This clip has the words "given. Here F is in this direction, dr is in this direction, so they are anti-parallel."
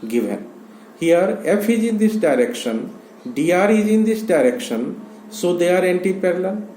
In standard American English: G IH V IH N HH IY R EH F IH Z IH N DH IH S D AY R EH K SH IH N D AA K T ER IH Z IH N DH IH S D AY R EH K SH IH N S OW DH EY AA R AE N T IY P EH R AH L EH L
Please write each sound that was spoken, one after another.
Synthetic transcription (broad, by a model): G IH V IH N HH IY R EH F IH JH IH N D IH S D AY R EH K SH IH N D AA T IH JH IH N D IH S D AY R EH K SH IH N S OW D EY AA R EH N T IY P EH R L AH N